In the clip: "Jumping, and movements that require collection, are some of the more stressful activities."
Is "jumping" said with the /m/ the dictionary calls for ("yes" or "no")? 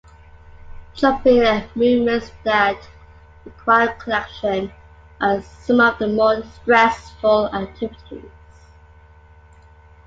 no